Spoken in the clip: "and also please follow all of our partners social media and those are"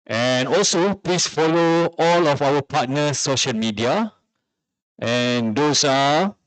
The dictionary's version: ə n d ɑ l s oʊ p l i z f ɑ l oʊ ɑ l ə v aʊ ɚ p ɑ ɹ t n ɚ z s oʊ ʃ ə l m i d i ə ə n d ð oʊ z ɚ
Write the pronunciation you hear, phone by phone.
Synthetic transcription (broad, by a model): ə n ɑ l s oʊ p l i s f ɑ l oʊ ɑ l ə f aʊ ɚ p ɑ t n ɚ s oʊ ʃ ə l m i d i ə ə n d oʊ s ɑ